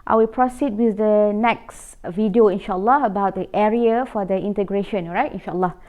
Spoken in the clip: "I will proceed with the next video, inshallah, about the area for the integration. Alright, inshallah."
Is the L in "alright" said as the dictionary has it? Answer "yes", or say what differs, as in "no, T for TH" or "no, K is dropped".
no, L is dropped